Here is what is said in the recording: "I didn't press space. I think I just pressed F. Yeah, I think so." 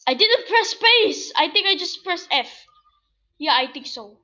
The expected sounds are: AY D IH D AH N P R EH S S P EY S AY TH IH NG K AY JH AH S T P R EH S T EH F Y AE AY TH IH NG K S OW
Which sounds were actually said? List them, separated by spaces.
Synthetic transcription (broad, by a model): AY D IH D AH N P R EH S S P EY S AY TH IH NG K AY JH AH S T P R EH S EH F Y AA AY T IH NG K S OW